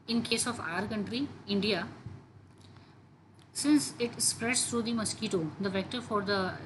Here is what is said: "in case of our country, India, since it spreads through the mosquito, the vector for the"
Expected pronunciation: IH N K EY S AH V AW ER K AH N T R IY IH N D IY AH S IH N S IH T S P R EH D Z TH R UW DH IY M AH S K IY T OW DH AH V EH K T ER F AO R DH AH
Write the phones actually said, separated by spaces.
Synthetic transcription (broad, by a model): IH N K EY S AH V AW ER K AH N T R IY IH N D IY AH S IH N S IH T S P R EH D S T R UW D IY M AH S K IY T OW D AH V EH K T ER F AO R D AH